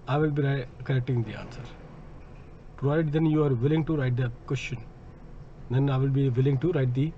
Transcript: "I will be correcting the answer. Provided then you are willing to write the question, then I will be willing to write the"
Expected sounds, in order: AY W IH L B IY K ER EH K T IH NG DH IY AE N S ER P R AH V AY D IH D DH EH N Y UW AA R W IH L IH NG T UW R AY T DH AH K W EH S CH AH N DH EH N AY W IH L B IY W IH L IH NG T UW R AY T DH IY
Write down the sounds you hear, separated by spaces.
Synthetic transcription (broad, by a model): AY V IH L B IY K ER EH K T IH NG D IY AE N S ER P R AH AY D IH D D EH N Y UW AA R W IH L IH NG T UW R AY T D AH K W EH S CH AH N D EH N AY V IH L B IY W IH L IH NG T UW R AY T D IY